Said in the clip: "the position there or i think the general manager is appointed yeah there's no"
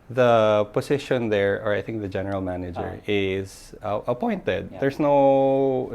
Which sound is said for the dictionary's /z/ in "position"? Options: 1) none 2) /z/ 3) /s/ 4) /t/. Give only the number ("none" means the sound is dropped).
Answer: 3